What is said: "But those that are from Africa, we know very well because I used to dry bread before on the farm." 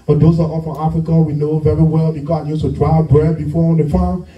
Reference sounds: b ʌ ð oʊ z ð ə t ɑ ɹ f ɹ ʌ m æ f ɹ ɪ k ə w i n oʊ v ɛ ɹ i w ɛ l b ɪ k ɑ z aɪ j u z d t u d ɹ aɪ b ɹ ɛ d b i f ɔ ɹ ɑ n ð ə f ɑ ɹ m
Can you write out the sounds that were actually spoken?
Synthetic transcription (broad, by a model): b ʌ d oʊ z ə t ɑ l f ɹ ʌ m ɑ f ɹ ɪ k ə w i n oʊ v ɛ ɹ i w ɛ l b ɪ k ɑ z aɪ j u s t u d ɹ aɪ b ɹ ɛ d b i f ɔ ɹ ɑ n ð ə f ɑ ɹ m